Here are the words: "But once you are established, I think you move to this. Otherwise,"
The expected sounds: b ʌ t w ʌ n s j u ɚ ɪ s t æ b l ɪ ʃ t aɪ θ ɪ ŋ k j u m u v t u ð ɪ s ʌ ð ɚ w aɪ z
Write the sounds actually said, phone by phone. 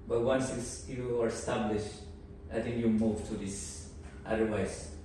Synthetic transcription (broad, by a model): b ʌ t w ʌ n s j u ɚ ɪ s t æ b l ɪ ʃ t aɪ t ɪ ŋ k j u m u v t u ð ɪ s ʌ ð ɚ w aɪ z